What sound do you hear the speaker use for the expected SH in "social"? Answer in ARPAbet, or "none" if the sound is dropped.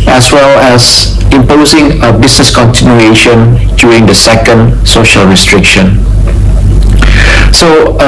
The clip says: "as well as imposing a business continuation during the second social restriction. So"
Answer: SH